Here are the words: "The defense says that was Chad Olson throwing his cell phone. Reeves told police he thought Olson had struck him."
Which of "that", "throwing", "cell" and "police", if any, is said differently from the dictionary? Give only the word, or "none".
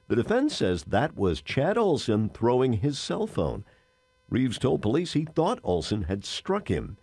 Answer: none